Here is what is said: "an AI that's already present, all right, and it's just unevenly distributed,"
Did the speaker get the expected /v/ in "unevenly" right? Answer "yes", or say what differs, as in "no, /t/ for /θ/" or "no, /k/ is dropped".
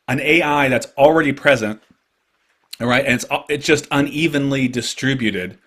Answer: yes